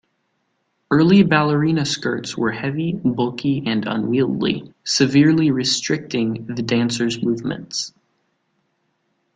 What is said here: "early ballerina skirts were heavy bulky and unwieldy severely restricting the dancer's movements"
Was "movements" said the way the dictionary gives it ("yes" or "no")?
yes